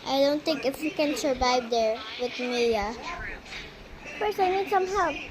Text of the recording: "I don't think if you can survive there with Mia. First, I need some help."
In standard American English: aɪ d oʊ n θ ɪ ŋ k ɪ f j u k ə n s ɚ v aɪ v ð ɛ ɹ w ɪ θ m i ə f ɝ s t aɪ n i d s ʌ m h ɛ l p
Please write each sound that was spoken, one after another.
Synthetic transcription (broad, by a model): aɪ d oʊ n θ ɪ ŋ k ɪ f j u k ə n s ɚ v aɪ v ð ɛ ɹ w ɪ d m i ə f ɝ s aɪ n i d s ʌ m h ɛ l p